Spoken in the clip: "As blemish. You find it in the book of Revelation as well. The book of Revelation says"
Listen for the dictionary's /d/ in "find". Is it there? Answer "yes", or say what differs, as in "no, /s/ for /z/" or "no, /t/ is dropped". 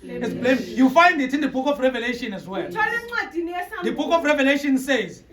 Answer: yes